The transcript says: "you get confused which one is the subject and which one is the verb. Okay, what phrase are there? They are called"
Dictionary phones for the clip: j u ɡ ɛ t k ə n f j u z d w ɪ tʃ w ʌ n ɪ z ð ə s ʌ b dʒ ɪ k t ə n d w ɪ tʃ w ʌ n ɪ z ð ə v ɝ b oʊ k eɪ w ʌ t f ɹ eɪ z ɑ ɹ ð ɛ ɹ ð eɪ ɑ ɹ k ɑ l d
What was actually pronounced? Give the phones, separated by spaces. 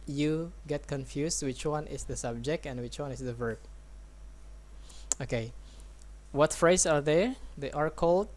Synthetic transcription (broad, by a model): j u ɡ ɛ t k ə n f j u s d w ɪ tʃ w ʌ n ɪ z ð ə s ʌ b dʒ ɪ k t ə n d w ɪ tʃ w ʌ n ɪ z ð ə v ɝ b oʊ k eɪ w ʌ t f ɹ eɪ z ɑ ɹ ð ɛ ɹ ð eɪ ɑ ɹ k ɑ l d